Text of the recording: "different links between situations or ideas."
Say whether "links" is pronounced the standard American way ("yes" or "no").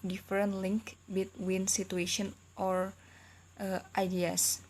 no